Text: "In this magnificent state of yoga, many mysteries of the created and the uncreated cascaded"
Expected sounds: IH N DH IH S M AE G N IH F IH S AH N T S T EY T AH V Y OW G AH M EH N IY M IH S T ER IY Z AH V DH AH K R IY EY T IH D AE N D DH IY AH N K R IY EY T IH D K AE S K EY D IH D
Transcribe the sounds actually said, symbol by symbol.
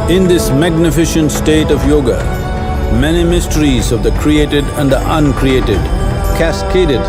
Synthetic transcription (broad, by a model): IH N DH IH S M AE G N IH F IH SH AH N T S T EY T AH V Y OW G AH M EH N IY M IH S T ER IY Z AH V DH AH K R IY EY T IH D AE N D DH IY AH N K R IY EY T IH D K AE S K EY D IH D